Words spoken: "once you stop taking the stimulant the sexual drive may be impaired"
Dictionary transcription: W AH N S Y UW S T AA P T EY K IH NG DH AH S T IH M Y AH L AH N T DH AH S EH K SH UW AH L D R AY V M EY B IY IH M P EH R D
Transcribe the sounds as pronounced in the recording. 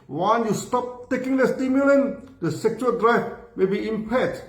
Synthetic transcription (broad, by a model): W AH N Y UW S T AA P T EY K IH NG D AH S T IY M Y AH L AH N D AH S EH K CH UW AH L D R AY F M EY B IY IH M P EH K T